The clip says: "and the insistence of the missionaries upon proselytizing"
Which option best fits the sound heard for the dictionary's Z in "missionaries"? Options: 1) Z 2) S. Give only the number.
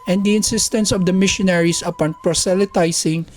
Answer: 2